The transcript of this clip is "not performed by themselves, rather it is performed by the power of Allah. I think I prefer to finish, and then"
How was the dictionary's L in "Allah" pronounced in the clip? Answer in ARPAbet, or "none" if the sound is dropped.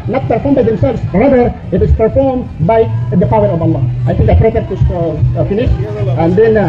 L